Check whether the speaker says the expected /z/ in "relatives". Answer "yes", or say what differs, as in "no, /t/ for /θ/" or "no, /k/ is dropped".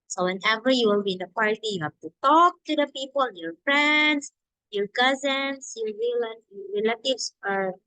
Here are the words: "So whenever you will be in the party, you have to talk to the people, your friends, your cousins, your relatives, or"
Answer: no, /s/ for /z/